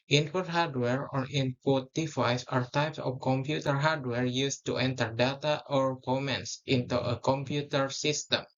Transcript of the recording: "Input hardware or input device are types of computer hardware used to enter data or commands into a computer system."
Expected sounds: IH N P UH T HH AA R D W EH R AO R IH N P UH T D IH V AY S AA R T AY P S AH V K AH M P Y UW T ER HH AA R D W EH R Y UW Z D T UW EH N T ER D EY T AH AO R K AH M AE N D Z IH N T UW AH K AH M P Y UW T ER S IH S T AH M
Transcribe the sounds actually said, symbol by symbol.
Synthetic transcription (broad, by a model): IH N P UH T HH AA R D W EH R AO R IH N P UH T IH F AY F AA R T AY P S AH F K AH M P Y UW T ER HH AA R D W EH R Y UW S T UW EH N T ER D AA T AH AO R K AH M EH N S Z IH N T UW AH K AH M P Y UW T ER S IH S T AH M